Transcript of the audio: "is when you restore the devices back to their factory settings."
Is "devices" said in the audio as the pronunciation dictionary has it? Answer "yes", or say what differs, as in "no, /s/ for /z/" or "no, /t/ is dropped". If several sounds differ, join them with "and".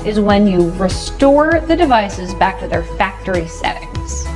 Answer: yes